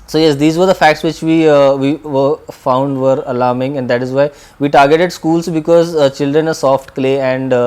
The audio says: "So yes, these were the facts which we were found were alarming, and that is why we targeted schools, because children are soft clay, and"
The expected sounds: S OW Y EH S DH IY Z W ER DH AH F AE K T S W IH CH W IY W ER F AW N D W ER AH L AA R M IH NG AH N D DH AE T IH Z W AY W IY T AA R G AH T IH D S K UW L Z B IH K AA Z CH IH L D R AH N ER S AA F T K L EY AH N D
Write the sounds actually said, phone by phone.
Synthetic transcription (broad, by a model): S OW Y EH S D IY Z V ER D AH F AE K T S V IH CH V IY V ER F AW N D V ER AH L AA R M IH NG AH N D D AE T IH Z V AY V IY T AA R G AH T IH D S K UW L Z B IH K AA Z CH IH L D R AH N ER S AA F T K L EY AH N D